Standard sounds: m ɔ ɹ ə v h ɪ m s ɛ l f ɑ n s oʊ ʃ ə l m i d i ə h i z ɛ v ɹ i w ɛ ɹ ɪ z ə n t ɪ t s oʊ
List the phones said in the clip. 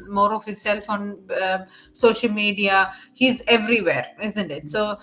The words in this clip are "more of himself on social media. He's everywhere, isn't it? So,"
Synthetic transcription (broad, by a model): m ɔ ɹ ə v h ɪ s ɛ l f ɑ n s oʊ ʃ ə l m i d i ə h i z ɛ v ɹ i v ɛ ɹ ɪ z ə n t ɪ t s oʊ